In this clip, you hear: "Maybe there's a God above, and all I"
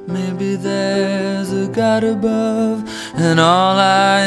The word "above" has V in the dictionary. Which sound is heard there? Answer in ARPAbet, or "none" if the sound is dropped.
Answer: V